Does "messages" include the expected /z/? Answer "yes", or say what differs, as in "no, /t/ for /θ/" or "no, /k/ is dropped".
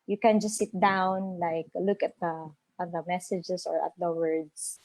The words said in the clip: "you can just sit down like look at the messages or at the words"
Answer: no, /s/ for /z/